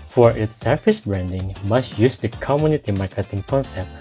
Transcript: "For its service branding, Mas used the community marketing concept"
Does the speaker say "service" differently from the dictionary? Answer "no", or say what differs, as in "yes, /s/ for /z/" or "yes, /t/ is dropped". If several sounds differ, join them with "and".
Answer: yes, /f/ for /v/